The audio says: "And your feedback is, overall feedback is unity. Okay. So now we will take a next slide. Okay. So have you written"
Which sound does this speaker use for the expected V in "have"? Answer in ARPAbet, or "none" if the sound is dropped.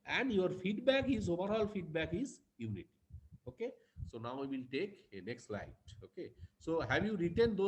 B